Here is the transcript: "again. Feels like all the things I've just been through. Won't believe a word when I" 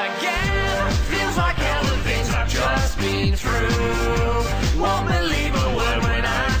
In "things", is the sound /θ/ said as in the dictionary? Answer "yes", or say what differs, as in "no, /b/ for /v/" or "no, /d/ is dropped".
no, /f/ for /θ/